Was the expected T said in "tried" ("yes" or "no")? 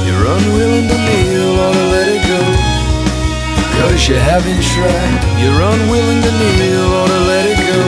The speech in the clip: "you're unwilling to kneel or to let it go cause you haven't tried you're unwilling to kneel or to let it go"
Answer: no